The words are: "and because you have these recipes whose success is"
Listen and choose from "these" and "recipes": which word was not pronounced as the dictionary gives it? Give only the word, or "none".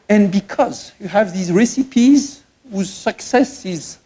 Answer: none